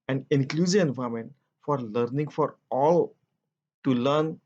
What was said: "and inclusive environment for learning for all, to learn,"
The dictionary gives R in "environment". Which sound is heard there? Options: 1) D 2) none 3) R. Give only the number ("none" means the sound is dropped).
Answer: 2